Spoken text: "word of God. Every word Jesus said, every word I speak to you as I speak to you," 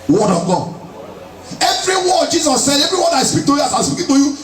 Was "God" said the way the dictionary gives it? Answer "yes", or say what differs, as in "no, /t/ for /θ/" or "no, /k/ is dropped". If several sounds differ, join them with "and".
no, /d/ is dropped